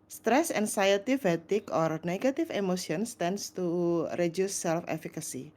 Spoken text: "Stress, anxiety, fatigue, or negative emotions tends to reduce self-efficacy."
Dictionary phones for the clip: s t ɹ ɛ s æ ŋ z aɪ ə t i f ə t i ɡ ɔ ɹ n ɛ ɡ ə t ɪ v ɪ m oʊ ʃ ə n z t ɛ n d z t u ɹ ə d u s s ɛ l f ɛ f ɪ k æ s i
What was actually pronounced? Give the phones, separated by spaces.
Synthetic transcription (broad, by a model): s t ɹ ɛ s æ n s aɪ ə t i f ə t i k ɔ ɹ n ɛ ɡ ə t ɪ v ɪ m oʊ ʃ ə n s t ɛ n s t u ɹ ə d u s s ɛ l f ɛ f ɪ k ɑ s i